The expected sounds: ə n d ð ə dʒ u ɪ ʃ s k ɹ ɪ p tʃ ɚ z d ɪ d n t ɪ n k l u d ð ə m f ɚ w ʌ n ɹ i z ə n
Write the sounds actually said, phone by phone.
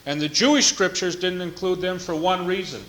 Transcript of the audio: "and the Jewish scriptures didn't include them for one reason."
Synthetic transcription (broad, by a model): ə n ð ə dʒ u ɪ ʃ s k ɹ ɪ p tʃ ɚ z d ɪ d n t ɪ n k l u d ð ə m f ɚ w ʌ n ɹ i z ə n